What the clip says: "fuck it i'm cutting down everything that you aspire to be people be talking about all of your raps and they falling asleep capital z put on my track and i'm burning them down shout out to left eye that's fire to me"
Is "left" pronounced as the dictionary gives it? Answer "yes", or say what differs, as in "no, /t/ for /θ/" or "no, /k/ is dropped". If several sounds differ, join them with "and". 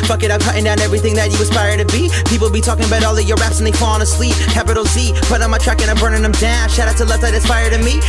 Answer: no, /f/ is dropped